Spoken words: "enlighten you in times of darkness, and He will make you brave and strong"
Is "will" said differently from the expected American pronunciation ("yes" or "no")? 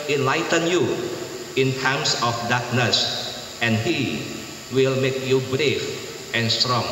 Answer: no